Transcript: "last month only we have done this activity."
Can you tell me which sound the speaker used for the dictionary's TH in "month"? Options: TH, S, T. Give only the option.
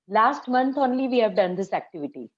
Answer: T